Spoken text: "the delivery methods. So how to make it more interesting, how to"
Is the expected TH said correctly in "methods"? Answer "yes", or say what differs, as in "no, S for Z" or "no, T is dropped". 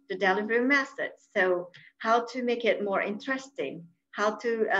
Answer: no, S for TH